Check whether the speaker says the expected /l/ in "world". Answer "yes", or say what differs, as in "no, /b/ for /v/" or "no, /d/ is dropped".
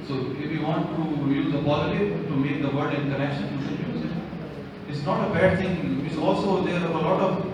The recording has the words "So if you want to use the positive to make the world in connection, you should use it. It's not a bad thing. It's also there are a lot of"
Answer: no, /l/ is dropped